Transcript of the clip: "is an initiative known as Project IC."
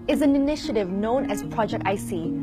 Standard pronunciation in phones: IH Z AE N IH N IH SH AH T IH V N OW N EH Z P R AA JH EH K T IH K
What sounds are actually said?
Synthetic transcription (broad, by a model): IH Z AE N IH N IH SH AH T IH V N OW N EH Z P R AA JH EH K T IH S